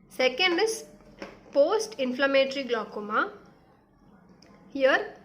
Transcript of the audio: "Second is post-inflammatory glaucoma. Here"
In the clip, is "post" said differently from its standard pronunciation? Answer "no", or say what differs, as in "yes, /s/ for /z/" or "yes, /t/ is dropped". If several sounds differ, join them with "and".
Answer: no